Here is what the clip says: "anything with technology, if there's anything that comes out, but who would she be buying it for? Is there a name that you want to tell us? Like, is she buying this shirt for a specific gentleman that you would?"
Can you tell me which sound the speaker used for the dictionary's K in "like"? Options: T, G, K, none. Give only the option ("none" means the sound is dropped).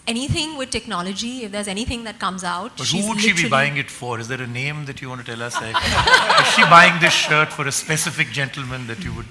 none